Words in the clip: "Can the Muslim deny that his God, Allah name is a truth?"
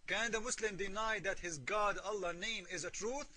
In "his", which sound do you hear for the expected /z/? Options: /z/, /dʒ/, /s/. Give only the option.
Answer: /z/